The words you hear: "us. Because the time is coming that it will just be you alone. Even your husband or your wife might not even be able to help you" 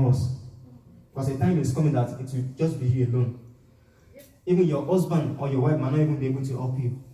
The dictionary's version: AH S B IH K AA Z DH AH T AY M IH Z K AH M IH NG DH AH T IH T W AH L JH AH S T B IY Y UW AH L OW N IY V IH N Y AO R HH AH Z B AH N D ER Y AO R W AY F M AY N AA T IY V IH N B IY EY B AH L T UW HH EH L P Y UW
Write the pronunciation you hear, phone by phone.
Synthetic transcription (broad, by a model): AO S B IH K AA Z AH T AY M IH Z K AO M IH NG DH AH T IH T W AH JH AH S T B IY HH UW AH L OW N IY V IH N Y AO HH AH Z B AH N AO Y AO W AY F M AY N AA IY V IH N B IY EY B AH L T UW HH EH P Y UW